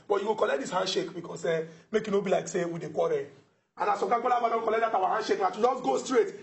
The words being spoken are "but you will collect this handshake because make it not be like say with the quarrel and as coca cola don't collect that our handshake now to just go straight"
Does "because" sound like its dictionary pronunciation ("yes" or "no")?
no